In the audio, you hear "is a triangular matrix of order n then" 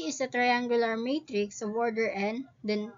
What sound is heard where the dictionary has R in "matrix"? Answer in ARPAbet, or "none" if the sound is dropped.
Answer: R